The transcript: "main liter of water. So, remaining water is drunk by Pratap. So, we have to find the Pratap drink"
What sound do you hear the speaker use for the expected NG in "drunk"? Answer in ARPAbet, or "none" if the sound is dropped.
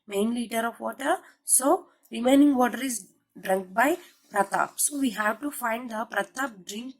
NG